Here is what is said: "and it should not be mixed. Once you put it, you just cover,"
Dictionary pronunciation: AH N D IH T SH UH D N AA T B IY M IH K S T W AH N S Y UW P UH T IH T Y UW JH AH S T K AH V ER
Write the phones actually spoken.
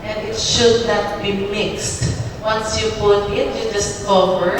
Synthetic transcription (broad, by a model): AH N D IH T SH UH D N AA T B IY M IH K S T W AH N S Y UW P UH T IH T Y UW JH AH S T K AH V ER